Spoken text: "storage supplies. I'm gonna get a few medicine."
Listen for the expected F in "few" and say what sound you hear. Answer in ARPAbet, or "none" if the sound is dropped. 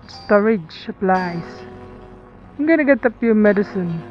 P